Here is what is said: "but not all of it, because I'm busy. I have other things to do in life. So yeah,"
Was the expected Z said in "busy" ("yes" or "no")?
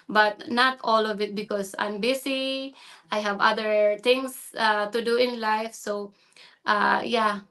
no